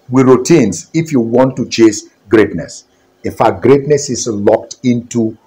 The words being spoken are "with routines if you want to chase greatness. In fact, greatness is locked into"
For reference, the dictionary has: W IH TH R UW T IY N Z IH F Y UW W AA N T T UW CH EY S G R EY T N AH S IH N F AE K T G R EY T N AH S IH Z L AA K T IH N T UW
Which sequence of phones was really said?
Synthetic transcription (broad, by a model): W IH R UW T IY N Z IH F Y UW W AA N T T UW CH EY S G R EY T N AH S IH N F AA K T G R EY T N AH S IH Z L AA K T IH N T UW